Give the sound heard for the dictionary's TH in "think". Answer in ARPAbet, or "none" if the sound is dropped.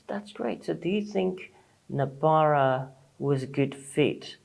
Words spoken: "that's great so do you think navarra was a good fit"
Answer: TH